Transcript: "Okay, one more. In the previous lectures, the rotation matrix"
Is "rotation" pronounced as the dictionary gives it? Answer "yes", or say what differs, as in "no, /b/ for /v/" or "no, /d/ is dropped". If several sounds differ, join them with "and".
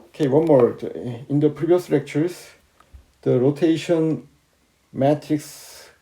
yes